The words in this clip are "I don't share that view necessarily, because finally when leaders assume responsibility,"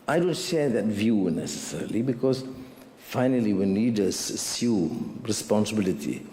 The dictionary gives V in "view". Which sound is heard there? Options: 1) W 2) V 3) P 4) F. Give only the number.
2